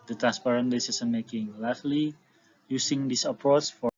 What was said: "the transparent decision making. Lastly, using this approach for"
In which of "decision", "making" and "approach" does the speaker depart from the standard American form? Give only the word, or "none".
decision